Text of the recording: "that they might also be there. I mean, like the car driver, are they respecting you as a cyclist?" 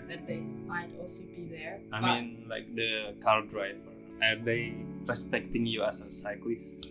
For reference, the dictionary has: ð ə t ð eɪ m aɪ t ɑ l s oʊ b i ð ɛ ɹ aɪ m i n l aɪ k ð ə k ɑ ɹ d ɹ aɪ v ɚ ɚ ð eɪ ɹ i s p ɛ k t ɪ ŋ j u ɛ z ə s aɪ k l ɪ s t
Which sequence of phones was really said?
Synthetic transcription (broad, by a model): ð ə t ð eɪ m aɪ t ɑ l s oʊ b i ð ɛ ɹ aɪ m i n l aɪ k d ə k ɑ l d ɹ aɪ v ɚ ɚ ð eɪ ɹ i s p ɛ k t ɪ ŋ j u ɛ s ə s aɪ k l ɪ s